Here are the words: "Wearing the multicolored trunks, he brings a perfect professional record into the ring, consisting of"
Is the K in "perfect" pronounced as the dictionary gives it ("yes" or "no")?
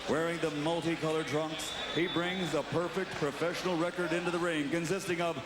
yes